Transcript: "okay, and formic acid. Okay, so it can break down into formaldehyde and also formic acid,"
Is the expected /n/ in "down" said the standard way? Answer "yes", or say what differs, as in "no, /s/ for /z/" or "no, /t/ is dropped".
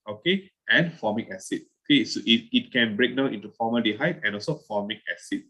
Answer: no, /n/ is dropped